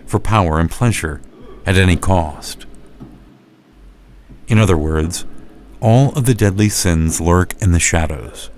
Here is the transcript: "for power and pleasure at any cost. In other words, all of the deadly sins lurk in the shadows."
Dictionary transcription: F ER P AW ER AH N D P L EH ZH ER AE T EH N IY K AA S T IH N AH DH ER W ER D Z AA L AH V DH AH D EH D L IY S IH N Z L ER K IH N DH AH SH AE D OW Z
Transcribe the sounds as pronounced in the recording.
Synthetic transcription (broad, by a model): F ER P AW ER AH N P L EH ZH ER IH T EH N IY K AA S T IH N AH DH ER W ER D Z AA L AH V DH AH D EH D L IY S IH N Z L ER K IH N DH AH SH AE D OW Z